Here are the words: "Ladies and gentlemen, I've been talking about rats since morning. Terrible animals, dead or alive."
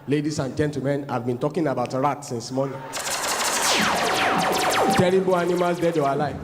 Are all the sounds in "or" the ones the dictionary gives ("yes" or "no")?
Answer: no